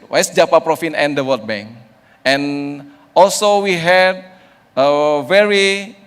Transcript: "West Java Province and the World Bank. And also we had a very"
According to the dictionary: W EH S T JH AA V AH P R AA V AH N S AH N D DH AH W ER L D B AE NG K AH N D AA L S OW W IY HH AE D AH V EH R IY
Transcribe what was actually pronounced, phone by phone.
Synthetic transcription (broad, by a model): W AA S JH AA P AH P R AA F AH N AH N D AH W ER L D B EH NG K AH N AA L S OW W IY HH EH D AH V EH R IY